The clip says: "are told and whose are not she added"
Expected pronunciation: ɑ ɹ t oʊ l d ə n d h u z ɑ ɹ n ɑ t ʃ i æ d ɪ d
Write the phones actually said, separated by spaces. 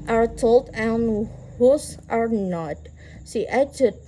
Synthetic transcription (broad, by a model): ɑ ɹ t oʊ l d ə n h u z ɑ ɹ n ɑ t s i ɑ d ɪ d